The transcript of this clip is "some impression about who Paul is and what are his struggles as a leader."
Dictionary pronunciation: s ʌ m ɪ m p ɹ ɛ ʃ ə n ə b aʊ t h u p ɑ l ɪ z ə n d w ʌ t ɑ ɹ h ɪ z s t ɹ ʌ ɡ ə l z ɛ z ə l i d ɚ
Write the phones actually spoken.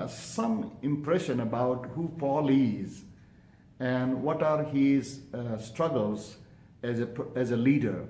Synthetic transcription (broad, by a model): s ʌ m ɪ m p ɹ ɛ ʃ ə n ə b aʊ t h u f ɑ l ɪ z ə n d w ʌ t ɑ ɹ h ɪ z s t ɹ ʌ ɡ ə l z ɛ z ə l i d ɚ